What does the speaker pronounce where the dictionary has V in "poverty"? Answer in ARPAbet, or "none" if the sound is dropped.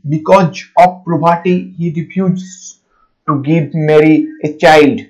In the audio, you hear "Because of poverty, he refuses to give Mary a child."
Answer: B